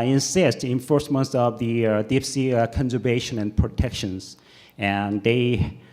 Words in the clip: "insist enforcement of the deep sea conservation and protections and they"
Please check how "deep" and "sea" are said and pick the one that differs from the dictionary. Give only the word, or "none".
deep